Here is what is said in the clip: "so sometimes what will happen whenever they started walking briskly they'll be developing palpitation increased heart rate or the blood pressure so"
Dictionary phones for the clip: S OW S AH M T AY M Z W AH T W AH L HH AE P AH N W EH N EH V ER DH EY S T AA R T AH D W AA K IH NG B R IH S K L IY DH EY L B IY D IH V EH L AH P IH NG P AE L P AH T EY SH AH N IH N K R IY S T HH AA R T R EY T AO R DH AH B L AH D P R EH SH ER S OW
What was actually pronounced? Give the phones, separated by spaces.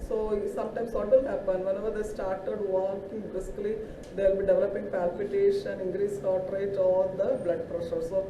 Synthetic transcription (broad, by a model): S OW S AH M T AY M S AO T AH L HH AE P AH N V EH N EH V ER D EY S T AA R T AH D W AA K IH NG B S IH K L IY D EY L B IY D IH V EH L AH P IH NG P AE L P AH T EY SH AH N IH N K R IY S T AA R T R EY T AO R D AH B L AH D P R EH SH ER S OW